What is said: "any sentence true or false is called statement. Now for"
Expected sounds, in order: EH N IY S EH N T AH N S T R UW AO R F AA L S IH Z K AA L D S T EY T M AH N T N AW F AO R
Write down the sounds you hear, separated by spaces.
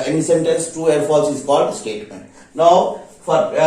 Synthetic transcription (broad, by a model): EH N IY S EH N T AH N S T UW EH R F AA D S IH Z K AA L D S T EY T M AH N T N AW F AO R